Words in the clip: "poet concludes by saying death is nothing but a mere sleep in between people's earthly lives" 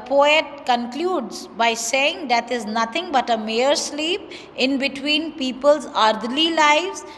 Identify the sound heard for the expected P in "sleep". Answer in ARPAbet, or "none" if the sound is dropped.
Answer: P